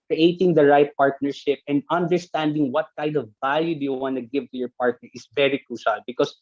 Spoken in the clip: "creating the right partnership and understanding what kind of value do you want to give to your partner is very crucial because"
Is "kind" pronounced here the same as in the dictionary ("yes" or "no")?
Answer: yes